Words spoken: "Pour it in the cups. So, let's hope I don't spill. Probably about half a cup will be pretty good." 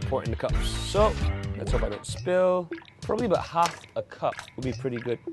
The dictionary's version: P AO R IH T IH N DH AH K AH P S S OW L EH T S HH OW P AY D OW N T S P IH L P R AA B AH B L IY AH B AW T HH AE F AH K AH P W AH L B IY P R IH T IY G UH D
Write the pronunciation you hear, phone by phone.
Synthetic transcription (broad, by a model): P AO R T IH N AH K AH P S S OW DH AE T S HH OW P AY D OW N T S P IH L P R AA B AH B L IY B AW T HH AE F AH K AH P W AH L B IY P R IH T IY G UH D